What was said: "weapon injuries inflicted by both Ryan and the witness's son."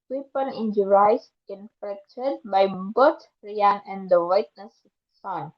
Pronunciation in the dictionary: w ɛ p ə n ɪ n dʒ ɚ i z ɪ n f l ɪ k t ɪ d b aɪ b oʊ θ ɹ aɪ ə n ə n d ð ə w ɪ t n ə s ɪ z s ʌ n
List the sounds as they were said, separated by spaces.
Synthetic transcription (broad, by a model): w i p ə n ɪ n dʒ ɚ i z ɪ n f ɪ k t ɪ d b aɪ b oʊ t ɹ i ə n ə n d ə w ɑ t n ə s s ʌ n